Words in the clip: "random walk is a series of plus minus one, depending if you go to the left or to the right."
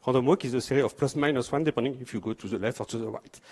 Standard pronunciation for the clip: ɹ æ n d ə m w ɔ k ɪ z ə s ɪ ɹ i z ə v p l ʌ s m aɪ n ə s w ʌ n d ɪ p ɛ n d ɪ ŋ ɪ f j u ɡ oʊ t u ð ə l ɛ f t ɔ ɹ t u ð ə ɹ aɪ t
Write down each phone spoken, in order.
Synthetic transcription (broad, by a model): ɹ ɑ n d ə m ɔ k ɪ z ə s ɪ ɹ i ə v p l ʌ s m aɪ n ə s w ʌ n d ɪ p ɛ n d ɪ ŋ ɪ f j u ɡ oʊ t u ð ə l ɛ f t ɔ ɹ t u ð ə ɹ aɪ t